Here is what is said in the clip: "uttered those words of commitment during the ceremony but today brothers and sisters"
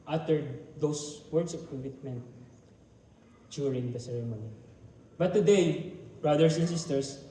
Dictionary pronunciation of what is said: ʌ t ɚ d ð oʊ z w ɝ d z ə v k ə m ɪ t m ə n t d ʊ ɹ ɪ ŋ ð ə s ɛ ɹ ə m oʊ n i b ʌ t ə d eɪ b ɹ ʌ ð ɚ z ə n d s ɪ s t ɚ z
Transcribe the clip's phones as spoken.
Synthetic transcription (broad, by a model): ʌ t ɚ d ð oʊ s w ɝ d s ə v k ə m ɪ t m ə n t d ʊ ɹ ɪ ŋ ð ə s ɛ ɹ ə m oʊ n i b ʌ t ə d eɪ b ɹ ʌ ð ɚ s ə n s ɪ s t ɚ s